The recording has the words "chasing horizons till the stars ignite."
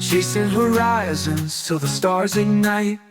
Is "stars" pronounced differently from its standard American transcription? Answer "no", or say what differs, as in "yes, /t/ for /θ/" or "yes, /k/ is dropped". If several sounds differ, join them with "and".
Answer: no